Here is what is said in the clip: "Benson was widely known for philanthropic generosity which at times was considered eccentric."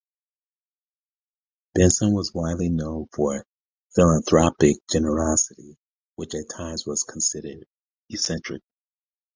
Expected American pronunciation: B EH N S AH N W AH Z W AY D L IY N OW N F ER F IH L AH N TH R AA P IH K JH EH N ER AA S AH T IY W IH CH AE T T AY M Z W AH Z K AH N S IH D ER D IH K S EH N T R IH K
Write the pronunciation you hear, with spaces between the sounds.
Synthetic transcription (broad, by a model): B EH N S AH N W AH Z W AY D L IY N OW N F ER F IH L AH N TH R AA P IH K JH EH N ER AA S AH T IY W IH CH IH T T AY M Z W AH Z K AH N S IH D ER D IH S EH N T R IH K